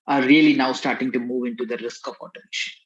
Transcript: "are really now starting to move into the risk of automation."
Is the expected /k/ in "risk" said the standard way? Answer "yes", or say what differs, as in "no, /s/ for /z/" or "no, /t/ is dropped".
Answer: yes